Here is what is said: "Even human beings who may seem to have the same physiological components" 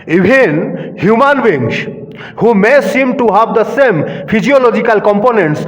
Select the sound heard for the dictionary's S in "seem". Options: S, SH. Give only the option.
S